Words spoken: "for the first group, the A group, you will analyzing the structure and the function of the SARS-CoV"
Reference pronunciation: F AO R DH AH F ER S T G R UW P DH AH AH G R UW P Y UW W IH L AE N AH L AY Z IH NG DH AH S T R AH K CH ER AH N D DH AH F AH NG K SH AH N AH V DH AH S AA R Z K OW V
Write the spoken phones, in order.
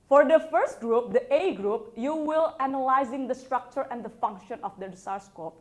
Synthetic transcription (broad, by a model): F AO R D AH F ER S T G R UW P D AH AH G R UW P Y UW W IH L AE N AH L AY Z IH NG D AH S T R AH K CH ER AH N D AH F AH NG K SH AH N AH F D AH S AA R S K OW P